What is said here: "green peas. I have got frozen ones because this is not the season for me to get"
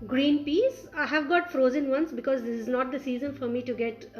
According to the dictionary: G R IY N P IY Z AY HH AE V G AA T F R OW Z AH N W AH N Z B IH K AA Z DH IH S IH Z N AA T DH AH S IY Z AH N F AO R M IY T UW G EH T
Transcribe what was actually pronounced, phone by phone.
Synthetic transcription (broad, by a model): G R IY N P IY S AY HH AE V G AA T F R OW Z AH N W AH N S B IH K AA Z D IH S IH Z N AA T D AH S IY Z AH N F AO R M IY T UW G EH T